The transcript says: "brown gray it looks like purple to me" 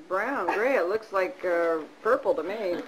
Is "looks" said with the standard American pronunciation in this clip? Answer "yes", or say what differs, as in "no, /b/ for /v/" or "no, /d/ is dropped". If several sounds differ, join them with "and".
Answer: yes